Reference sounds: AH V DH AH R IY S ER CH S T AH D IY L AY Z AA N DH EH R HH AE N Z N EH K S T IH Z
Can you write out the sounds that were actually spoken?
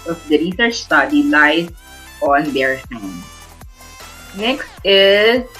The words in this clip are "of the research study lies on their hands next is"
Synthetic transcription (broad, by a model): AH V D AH R IY S ER CH S T AH D IY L AY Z AA N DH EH R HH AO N N EH K S T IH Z